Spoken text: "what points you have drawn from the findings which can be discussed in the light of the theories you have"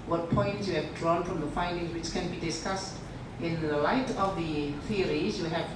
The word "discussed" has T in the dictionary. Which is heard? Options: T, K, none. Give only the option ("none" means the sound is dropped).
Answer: T